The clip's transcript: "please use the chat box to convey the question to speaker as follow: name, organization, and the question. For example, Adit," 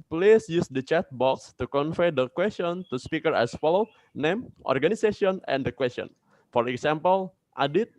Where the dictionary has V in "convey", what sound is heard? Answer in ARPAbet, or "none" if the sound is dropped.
F